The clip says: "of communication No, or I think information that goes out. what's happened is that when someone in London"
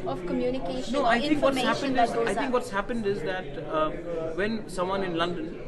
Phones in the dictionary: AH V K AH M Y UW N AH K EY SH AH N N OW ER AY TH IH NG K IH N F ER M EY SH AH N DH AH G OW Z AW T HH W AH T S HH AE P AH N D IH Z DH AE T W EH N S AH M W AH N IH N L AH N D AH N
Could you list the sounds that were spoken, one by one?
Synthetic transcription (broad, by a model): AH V K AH M Y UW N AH K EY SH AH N N OW AY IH NG K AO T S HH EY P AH N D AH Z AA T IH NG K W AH T S HH AE P AH N D IH Z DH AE T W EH N S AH M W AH N IH N L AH N D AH N